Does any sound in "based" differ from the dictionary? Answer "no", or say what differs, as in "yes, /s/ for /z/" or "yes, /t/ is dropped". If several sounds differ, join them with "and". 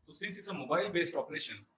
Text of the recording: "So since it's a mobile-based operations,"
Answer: no